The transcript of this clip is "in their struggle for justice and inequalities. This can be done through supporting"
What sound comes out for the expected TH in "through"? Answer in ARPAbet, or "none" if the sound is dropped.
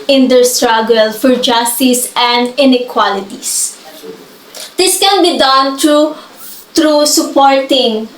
T